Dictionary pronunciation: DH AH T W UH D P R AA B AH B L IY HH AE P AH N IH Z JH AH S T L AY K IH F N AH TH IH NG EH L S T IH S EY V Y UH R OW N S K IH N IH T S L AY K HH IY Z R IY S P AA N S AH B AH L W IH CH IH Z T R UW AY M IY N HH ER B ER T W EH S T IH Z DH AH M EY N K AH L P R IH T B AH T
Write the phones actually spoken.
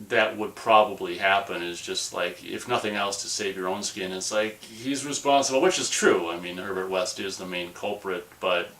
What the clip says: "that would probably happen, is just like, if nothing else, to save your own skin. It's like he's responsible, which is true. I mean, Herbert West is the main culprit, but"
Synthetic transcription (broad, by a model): DH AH T W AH D P R AA B AH B L IY HH AE P AH N IH Z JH AH S T L AY K IH F N AH TH IH NG EH L S T IH S EY V Y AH R OW N S K IH N IH T S L AY K HH IY Z R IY S P AA N S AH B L W IH CH IH Z T R UW AY M IY N ER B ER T W EH S T IH Z DH AH M EY N K AH L P R IH T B AH T